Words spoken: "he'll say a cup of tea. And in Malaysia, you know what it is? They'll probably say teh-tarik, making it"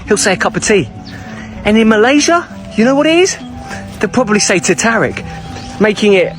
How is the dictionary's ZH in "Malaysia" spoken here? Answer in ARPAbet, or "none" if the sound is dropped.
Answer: ZH